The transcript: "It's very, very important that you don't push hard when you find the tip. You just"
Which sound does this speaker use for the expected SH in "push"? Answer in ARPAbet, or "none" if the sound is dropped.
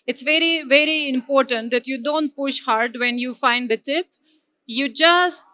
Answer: SH